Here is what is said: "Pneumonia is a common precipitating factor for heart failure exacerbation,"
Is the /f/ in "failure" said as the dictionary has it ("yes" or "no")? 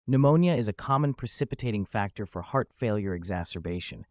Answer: yes